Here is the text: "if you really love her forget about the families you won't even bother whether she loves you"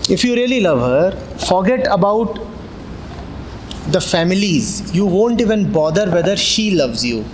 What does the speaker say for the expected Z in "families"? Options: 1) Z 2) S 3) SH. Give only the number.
1